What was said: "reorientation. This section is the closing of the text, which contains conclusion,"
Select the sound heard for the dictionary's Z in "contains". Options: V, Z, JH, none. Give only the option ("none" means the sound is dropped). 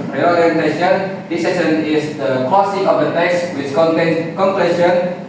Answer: none